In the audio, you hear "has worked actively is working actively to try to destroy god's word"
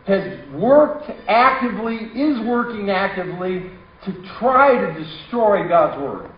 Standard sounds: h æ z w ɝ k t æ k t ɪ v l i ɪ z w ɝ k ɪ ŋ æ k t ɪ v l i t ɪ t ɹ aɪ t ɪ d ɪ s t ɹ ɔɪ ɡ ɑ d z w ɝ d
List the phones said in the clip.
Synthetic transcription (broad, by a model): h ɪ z w ɝ k t æ k t ɪ v l i ɪ z w ɝ k ɪ ŋ æ k t ɪ v l i t ɪ t ɹ aɪ t ɪ d ɪ s t ɹ ɔɪ ɡ ɑ d z w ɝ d